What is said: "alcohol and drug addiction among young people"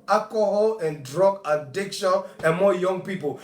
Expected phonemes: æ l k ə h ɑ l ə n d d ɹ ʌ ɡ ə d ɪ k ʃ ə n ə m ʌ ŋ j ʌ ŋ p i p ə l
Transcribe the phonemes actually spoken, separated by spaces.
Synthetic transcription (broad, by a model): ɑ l k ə h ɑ l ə n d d ɹ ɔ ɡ ə d ɪ k ʃ ə n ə m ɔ j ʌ ŋ p i p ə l